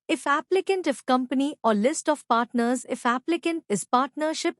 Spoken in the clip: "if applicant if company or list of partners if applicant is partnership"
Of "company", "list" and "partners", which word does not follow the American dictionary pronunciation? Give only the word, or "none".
none